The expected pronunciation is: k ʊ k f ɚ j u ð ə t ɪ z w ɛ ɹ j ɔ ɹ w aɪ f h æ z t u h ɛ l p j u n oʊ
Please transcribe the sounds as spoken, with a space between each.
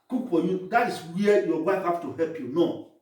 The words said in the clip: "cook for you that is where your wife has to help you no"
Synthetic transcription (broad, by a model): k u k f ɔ j u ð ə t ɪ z w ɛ j ɔ w aɪ f h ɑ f t u h ɛ l p j u n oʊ